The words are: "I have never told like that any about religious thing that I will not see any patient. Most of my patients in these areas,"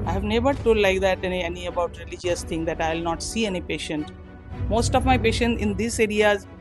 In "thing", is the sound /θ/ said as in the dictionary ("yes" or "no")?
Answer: no